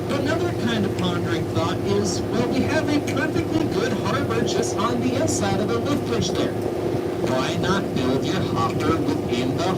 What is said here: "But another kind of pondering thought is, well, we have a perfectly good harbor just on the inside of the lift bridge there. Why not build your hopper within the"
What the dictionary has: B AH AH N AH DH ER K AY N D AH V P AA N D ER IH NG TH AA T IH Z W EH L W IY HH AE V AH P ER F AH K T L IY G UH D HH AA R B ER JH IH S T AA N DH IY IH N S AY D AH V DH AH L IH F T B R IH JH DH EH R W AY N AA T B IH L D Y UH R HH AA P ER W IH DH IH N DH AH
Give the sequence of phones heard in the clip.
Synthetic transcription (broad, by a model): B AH AH N AH DH ER K AY N D AH V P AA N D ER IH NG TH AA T IH Z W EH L W IY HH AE V AH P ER F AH K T L IY G UH D HH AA R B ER CH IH S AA N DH IY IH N S AY D AH V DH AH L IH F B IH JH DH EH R W AY N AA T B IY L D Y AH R HH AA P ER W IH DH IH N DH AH